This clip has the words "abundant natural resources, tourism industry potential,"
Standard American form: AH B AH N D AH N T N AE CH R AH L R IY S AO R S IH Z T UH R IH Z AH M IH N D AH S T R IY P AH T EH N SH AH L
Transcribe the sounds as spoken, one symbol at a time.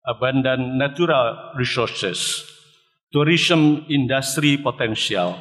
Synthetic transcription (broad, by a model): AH B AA N D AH N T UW R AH L R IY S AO R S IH S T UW R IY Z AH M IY N D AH S T R IY P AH T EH N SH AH L